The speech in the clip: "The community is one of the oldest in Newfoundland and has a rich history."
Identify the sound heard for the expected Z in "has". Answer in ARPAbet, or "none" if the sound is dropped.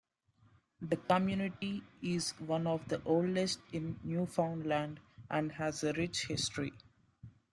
Z